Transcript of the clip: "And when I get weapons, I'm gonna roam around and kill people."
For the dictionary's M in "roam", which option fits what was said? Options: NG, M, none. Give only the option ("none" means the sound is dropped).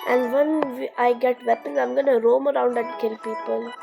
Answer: M